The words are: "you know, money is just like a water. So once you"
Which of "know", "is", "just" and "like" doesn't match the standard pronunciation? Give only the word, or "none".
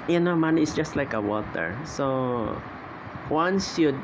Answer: is